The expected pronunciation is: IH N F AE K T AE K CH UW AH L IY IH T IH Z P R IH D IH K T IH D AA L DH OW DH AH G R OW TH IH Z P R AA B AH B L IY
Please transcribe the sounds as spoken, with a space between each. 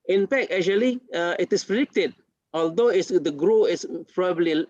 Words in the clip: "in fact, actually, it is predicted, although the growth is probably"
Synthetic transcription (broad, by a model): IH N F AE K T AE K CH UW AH L IY IH T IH S P R IH D IH K T IH D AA L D OW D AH G R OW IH S P R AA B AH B L IY